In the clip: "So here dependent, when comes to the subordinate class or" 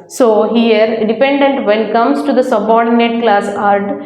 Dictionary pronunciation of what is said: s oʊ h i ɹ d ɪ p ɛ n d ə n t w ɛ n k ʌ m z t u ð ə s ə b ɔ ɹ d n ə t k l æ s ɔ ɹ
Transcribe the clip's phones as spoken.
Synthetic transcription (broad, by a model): s oʊ h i ɹ d ɪ p ɛ n d ə n t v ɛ n k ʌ m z t u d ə s ə b ɔ ɹ d n ə t k l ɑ s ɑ ɹ